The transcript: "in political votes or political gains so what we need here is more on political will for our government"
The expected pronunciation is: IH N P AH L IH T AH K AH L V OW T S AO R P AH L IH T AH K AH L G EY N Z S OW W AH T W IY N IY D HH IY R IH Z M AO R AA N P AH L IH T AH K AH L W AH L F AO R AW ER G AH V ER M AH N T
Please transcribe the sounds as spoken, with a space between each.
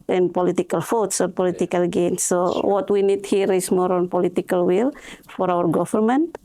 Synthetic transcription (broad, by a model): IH N P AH L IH T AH K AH L F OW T S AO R P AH L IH T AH K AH L G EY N S OW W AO T W IY N IY D HH IY R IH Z M AO R AA N P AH L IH T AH K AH L W AH L F AO R AW ER G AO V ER M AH N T